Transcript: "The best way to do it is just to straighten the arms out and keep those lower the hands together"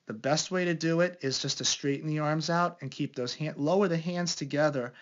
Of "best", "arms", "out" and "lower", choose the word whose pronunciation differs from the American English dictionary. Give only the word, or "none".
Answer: none